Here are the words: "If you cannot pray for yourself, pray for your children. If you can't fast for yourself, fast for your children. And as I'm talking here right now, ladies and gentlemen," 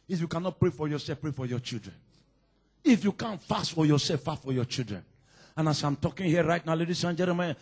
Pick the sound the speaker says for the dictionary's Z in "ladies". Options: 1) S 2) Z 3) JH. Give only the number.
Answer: 1